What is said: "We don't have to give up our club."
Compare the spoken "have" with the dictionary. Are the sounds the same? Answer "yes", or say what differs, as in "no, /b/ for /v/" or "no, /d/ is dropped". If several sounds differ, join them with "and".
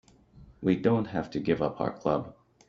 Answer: no, /f/ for /v/